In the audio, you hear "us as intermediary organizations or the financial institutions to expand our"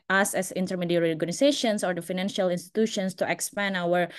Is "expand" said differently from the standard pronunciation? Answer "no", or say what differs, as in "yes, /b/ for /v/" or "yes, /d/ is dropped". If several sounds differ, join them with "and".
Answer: yes, /d/ is dropped